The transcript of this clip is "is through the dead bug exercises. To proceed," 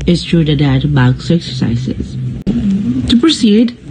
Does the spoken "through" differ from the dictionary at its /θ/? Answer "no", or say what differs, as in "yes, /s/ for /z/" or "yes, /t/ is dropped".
yes, /t/ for /θ/